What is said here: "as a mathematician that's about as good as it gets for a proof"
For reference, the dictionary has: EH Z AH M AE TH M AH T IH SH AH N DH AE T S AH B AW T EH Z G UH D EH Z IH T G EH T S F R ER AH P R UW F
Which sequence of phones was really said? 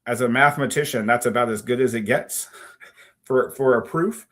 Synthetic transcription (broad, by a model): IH Z AH M AE TH M AH T IH SH AH N DH AE T S AH B AW T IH Z G UH D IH Z IH T G EH T S F R ER AH P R UW F